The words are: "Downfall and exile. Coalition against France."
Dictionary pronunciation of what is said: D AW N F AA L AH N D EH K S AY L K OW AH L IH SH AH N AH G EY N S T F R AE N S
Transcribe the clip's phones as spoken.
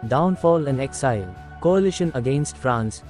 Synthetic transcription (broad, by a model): D AW N F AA L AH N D EH K S AY L K OW AH L IH SH AH N AH G EY N S T F R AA N S